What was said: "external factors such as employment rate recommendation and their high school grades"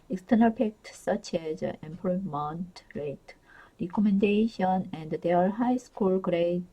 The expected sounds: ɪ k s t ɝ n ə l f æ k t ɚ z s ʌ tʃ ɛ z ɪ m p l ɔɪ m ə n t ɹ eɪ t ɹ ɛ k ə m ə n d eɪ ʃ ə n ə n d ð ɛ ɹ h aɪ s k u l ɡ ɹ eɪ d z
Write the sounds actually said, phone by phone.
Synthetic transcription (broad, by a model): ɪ k s t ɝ n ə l p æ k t s ʌ tʃ ɛ z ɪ m p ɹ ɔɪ m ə n t ɹ eɪ t ɹ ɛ k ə m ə n d eɪ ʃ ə n ə n d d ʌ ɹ h aɪ s k u l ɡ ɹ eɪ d